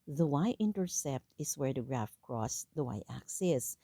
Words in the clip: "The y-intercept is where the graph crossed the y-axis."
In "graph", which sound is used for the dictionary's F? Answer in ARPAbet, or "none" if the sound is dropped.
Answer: F